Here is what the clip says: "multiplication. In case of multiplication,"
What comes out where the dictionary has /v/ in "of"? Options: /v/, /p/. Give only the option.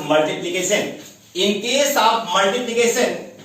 /p/